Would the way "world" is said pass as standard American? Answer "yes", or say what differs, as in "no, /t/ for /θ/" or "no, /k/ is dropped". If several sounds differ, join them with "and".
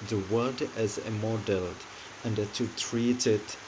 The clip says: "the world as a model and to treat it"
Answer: no, /l/ is dropped